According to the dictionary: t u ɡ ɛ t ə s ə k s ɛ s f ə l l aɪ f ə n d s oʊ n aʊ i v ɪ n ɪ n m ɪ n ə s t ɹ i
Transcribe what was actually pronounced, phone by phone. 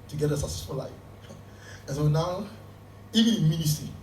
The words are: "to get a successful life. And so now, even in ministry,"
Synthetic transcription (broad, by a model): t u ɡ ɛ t ə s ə s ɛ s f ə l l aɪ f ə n s oʊ n aʊ i v ɪ n ɪ n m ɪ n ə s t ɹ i